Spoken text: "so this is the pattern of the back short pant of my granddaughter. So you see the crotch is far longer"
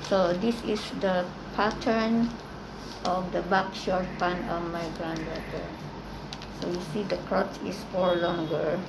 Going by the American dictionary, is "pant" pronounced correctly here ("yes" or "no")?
no